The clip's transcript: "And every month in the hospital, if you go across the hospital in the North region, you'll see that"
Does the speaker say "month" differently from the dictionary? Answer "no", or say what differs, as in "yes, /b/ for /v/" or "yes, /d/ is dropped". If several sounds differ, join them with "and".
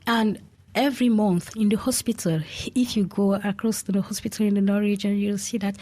no